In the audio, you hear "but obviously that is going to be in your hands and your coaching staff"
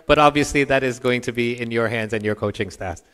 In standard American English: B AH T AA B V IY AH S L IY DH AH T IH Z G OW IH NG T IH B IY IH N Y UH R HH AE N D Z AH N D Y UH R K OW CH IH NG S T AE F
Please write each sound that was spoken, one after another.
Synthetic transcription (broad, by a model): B AH T AA B V IY AH S L IY DH AH T IH Z G OW IH NG T IH B IY IH N Y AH R HH AE N D Z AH N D Y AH R K OW CH IH NG S T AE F